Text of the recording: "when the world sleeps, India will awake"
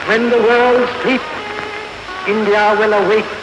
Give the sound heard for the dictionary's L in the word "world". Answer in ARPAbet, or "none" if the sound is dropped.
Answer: L